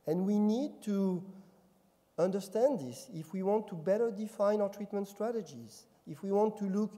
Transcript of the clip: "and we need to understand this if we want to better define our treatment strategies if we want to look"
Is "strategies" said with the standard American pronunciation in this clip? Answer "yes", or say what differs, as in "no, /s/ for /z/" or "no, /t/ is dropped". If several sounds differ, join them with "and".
yes